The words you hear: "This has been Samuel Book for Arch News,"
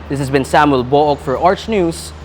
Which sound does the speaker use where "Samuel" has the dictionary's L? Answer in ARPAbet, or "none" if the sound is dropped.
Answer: L